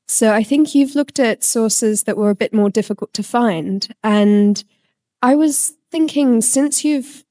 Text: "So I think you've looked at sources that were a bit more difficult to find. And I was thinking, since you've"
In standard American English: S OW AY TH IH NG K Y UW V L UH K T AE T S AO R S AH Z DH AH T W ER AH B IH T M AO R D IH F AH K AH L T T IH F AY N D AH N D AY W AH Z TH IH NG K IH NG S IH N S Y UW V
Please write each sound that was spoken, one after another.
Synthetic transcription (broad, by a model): S OW AY TH IH NG K Y UW V L UH K T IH T S AO R S AH Z DH AH T W ER AH B IH T M AO R D IH F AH K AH L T T IH F AY N D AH N AY W AH Z TH IH NG K IH NG S IH N S Y UW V